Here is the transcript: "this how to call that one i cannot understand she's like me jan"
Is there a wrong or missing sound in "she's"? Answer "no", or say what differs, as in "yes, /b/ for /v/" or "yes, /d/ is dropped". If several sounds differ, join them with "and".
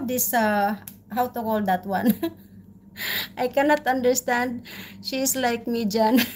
yes, /s/ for /z/